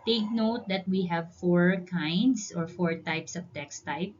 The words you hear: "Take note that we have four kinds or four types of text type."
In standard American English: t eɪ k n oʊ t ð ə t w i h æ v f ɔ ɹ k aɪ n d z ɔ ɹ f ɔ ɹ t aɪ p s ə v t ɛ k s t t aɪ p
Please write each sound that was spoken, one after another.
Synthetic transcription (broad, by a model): t eɪ k n oʊ t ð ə t w i h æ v f ɔ ɹ k aɪ n d s ɔ ɹ f ɔ ɹ t aɪ p s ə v t ɛ k s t t aɪ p